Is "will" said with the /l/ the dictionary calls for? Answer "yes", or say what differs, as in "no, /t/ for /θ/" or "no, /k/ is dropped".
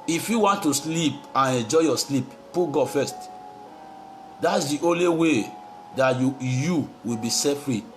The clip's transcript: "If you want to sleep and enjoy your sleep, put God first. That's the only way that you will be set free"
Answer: no, /w/ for /l/